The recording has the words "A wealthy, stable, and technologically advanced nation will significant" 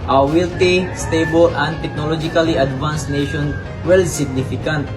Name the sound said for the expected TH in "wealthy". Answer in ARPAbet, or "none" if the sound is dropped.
T